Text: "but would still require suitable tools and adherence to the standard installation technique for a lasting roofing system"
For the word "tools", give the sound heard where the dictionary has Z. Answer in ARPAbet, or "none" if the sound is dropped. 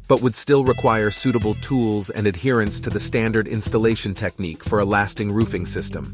Z